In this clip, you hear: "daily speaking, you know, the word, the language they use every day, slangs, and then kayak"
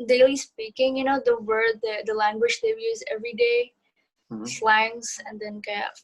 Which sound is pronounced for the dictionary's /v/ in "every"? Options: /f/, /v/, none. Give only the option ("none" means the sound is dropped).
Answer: /v/